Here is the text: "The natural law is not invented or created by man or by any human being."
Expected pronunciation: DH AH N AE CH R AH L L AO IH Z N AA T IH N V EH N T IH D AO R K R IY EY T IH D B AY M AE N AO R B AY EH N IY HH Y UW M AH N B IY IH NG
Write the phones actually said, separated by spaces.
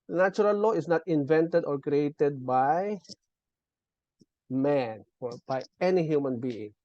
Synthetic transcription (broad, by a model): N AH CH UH R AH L L AO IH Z N AA T IH N V EH N T IH D AO R K R IY EY T IH D B AY M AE N AO R B AY EH N IY HH Y UW M AH N B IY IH NG